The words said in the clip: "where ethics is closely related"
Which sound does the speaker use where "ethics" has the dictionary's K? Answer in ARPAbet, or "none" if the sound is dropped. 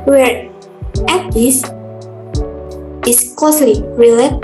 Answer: none